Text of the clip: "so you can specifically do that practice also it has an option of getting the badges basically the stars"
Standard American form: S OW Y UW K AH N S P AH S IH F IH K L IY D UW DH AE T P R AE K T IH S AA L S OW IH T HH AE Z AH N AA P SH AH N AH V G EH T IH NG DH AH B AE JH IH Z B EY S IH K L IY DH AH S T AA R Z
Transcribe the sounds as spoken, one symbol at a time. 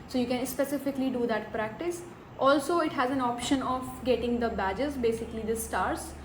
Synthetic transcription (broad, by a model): S OW Y UW K AH N S P AH S IH F IH K L IY D UW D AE T P R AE K T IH S AA L S OW IH T HH AE Z AH N AA P SH AH N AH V G EH T IH NG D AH B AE JH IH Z B EY S IH K L IY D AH S T AA R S